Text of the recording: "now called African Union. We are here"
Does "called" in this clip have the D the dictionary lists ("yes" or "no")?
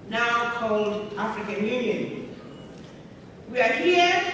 yes